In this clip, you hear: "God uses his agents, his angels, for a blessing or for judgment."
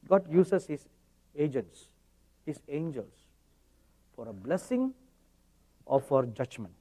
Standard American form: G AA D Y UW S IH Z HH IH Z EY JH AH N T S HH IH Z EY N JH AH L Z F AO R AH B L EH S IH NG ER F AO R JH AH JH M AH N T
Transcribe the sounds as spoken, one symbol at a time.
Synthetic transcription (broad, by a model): G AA D Y UW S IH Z HH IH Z EY JH AH N T S HH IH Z EY N JH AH L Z F AO R AH B L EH S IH NG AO F AO R JH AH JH M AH N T